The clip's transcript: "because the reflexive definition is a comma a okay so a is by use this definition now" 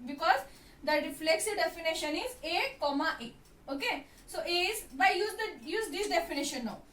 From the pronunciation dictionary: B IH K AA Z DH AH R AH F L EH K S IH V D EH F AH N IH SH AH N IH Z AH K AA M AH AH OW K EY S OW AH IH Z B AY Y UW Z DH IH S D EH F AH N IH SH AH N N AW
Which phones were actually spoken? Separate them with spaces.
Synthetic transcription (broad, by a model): B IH K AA Z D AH R AH F L EH K S IH V D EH F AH N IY SH AH N IH Z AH K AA M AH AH OW K EY S OW AH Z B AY Y UW Z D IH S D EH F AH N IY SH AH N N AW